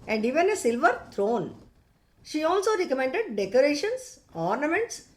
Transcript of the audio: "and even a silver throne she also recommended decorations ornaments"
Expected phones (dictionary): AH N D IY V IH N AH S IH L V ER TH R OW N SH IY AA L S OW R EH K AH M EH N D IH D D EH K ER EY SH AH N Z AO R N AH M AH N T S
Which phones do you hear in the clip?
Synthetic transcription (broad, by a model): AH N D IY V IH N AH S IH L V ER T R OW N SH IY AA L S OW R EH K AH M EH N D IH D D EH K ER EY SH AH N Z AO R N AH M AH N T S